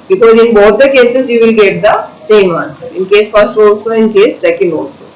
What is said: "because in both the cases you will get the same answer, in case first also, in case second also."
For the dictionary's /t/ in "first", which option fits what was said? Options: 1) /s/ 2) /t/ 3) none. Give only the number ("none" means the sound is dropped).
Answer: 2